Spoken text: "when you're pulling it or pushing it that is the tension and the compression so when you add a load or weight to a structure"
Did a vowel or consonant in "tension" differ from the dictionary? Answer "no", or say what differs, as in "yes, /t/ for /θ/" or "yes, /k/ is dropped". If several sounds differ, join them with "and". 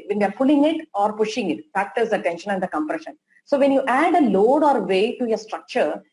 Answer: no